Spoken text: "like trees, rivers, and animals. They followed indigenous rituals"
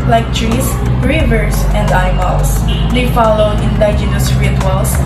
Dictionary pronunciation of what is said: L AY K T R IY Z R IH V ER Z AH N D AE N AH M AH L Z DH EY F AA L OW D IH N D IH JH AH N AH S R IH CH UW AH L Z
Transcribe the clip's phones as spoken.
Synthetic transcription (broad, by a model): L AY K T R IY S R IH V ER S AH N D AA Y M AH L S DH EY F AA L OW D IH N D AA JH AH N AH S R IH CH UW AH L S